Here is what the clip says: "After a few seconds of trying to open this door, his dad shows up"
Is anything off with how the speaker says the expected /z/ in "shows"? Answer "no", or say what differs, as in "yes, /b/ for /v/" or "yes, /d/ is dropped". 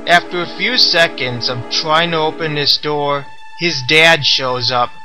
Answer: no